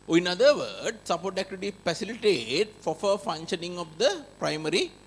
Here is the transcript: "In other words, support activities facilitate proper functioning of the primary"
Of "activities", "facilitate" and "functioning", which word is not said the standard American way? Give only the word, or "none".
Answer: activities